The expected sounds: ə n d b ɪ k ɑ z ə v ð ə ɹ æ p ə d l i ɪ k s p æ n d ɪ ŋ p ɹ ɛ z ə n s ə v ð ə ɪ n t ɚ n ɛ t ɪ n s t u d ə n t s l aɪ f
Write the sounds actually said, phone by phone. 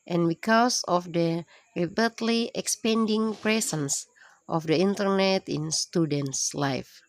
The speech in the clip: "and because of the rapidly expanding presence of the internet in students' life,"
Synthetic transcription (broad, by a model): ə n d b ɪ k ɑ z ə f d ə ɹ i b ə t l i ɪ k s p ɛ n d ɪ ŋ p ɹ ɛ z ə n s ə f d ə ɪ n t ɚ n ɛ t ɪ n s t u d ə n t s l aɪ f